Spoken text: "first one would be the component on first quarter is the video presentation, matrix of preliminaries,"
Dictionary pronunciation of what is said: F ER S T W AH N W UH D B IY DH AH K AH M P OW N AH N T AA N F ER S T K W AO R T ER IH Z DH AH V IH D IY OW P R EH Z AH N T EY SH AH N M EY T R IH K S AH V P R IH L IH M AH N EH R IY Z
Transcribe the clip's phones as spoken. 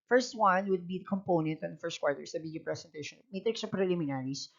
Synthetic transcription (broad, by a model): F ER S T W AH N W UH D B IY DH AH K AH M P OW N AH N T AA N F ER S T K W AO R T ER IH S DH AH B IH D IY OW P R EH S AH N T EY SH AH N M EY T R IH K S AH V P R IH L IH M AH N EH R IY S